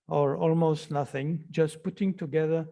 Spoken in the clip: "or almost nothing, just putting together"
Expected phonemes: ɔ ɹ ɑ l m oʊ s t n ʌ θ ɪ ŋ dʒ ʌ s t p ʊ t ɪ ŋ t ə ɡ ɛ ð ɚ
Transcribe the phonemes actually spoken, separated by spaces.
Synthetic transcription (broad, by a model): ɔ ɹ ɑ l m oʊ s t n ʌ θ ɪ ŋ dʒ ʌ s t p ʊ t ɪ ŋ t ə ɡ ɛ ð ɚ